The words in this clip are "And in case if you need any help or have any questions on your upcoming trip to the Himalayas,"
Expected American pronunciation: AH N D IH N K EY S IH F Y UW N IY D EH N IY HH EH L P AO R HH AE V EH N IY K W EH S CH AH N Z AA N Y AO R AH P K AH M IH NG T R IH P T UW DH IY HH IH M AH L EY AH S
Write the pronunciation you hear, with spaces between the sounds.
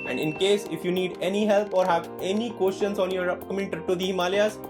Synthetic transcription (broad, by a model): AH N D IH N K EY S IH F Y UW N IY D EH N IY HH EH L P AO R HH AE V EH N IY K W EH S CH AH N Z AA N Y AO R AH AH M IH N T AH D T UW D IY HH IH M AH L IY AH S